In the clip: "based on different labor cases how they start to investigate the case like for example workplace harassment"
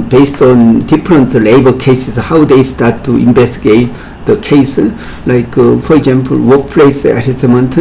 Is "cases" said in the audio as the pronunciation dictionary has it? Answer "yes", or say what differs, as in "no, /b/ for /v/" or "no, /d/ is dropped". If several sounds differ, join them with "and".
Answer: no, /s/ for /z/